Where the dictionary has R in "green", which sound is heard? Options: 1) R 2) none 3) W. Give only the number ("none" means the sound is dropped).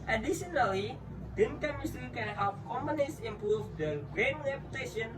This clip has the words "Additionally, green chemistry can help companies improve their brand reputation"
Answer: 2